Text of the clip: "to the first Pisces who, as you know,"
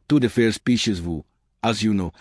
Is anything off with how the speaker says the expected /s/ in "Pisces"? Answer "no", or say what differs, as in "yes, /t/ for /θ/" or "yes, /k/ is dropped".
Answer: yes, /ʃ/ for /s/